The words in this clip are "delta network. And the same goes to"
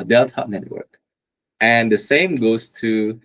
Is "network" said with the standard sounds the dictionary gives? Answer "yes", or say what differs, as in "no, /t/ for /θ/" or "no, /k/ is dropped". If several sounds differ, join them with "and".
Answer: yes